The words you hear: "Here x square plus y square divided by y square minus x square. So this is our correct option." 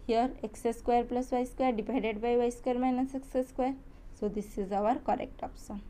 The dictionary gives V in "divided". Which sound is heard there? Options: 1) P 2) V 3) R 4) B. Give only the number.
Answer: 1